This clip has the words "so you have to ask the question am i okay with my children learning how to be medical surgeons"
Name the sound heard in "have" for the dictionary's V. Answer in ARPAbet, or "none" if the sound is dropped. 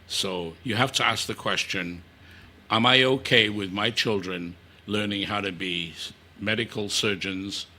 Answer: F